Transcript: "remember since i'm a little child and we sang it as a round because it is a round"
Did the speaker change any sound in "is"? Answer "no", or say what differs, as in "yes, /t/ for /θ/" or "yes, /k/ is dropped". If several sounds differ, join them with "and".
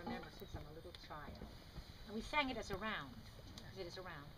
no